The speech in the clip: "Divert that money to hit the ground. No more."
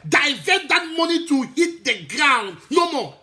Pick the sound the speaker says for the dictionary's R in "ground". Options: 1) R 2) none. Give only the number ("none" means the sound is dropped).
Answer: 1